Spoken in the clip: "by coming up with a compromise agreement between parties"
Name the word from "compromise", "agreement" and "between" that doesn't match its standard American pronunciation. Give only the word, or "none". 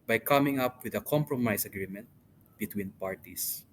compromise